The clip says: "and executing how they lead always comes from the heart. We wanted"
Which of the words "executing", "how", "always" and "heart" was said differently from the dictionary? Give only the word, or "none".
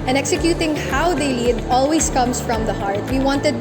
always